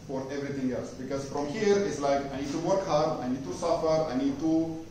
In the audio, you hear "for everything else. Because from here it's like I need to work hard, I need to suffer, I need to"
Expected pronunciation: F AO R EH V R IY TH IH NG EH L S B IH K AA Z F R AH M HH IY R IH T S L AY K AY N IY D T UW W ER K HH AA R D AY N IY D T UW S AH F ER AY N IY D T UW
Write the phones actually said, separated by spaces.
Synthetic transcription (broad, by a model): F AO R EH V R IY T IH NG EH L S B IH K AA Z F R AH M HH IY R IH T S L AY K AY N IY D T UW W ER K HH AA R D AY N IY D T UW S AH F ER AY N IY D T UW